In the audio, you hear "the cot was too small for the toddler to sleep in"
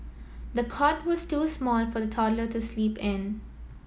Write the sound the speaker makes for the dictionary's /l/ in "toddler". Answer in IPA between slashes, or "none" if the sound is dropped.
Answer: /l/